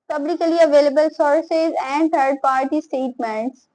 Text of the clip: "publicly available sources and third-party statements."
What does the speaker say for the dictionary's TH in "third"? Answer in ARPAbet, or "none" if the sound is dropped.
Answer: T